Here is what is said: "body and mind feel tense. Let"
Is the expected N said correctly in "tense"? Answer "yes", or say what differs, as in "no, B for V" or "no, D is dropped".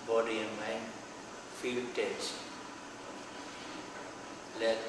no, N is dropped